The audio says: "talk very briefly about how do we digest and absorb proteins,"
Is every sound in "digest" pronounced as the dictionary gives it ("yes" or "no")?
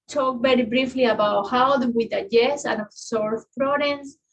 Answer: no